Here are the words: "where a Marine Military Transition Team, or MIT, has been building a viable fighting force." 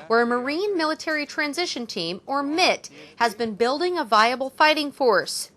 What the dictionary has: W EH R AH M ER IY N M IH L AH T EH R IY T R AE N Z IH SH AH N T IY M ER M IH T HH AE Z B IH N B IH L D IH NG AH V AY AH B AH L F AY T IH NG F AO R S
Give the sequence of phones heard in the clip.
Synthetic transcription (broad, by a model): W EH R AH M ER IY N M IH L AH T EH R IY T R AE N Z IH SH AH N T IY M ER M IH T HH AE Z B IH N B IH L D IH NG AH V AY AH B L F AY T IH NG F AO R S